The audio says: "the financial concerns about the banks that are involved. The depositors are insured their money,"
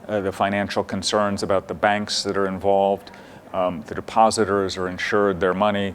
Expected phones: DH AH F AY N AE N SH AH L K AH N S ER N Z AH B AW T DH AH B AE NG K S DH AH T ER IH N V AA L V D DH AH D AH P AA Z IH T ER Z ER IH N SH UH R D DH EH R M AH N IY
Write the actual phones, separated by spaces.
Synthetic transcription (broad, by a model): DH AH F AY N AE N SH L K AH N S ER N Z AH B AW T DH AH B AE NG K S DH AH T ER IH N V AA L V D DH AH D AH P AA Z IH T ER Z ER IH N SH UH R D DH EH R M AH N IY